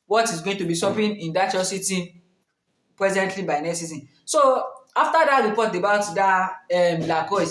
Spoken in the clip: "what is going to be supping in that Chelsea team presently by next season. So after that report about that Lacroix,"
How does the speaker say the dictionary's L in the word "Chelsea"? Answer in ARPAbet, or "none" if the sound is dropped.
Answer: none